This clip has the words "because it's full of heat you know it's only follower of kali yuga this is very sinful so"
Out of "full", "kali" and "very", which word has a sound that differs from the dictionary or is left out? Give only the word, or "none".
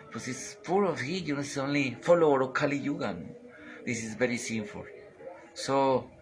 full